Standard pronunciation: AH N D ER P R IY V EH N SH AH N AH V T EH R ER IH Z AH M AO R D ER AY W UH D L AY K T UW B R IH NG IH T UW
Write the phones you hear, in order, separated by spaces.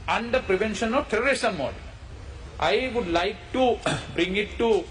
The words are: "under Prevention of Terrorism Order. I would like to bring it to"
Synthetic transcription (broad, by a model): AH N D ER P R IY V EH N SH AH N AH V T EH L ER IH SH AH M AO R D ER AY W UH D L AY K T UW B R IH NG IH T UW